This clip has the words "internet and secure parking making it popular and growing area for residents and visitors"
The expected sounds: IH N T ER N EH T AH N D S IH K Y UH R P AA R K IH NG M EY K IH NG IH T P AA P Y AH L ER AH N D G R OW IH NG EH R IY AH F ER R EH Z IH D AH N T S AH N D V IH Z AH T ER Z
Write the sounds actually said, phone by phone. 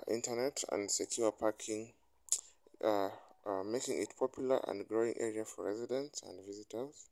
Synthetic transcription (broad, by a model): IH N T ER N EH T AH N D S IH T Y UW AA P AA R K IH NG M EY K IH NG IH T P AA P Y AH L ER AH N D G R OW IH NG EH R IY AH F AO R EH Z IH D AH N T S AH N D V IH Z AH T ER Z